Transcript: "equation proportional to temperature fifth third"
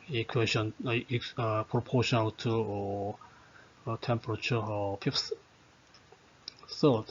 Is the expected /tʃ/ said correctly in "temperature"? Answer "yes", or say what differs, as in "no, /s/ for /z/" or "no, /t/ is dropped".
yes